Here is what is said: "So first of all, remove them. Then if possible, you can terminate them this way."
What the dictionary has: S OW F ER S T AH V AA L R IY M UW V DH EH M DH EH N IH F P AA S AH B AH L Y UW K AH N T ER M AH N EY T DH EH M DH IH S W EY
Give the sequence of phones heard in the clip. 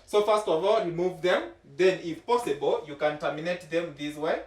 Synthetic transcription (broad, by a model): S OW F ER S T AH V AA L R IY M UW V DH EH M DH EH N IH F P AA S AH B AH L Y UW K AH N T ER M AH N EY T DH EH M DH IH S W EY